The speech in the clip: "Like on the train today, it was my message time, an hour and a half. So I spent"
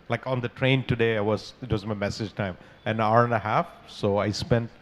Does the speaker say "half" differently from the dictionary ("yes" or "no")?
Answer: no